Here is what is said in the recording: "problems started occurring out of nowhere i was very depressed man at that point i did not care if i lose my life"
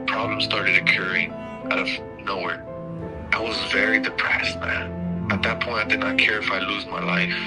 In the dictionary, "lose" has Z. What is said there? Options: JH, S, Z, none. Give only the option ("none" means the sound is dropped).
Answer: Z